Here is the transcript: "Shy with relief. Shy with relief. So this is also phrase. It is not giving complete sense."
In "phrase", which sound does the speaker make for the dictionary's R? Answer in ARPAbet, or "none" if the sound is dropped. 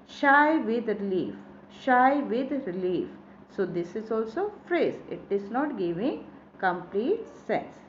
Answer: R